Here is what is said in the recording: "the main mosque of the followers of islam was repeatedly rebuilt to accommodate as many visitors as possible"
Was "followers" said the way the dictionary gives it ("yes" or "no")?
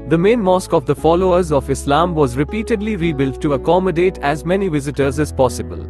yes